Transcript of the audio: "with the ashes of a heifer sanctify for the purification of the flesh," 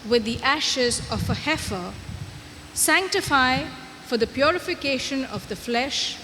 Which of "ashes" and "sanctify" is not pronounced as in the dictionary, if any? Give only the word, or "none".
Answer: none